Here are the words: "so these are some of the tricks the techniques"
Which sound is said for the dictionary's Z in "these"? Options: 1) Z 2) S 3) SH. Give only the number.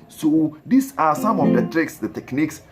2